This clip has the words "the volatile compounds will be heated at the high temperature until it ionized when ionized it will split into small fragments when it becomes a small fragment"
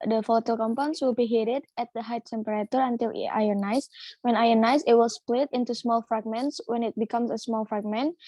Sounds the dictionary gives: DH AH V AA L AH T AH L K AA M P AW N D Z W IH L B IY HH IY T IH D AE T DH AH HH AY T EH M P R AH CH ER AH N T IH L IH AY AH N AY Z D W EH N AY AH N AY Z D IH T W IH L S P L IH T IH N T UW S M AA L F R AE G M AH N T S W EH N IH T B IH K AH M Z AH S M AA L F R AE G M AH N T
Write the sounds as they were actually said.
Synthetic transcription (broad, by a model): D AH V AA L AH T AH L K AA M P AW N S W IH L B IY HH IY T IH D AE T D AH HH AY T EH M P R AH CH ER AH N T IH L IH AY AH N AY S W EH N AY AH N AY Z IH T W IH L S P L IH T IH N T UW S M AA L F R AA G M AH N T S W EH N IH T B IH K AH M S AH S M AA L F R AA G M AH N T